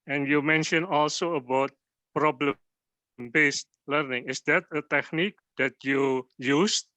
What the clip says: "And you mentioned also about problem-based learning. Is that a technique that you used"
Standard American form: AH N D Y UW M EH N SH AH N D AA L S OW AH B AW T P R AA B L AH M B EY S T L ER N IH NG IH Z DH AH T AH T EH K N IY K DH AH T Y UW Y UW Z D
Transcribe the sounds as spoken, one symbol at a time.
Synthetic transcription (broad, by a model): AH N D Y UW M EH N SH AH N AA L S OW AH B AW T P R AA B L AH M B EY S T L ER N IH NG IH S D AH T AH T EH K N IY K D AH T Y UW Y UW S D